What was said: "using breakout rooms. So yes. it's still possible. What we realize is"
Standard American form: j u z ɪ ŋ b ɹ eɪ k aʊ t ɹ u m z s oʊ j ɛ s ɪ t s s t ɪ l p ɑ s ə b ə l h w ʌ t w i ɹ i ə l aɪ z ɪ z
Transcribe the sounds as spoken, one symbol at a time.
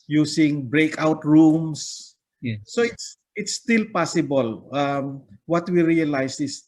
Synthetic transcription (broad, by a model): j u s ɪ ŋ b ɹ eɪ k aʊ t ɹ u m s s oʊ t s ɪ t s s t ɪ l p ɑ s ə b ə l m w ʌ t w i ɹ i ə l aɪ s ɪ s